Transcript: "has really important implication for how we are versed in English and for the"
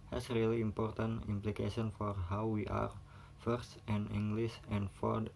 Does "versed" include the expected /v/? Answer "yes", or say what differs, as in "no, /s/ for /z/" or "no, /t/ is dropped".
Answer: no, /f/ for /v/